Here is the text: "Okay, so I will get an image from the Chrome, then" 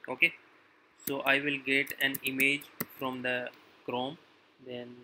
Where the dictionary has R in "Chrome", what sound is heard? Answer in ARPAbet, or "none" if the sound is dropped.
R